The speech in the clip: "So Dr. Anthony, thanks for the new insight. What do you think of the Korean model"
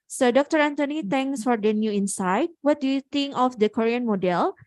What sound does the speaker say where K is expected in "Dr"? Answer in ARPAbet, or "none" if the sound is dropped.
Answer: K